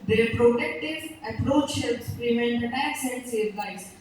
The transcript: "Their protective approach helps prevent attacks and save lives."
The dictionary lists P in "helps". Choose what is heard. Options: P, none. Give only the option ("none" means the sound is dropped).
none